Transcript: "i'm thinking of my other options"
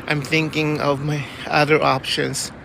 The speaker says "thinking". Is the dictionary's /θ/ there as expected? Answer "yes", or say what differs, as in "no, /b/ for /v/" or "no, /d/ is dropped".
yes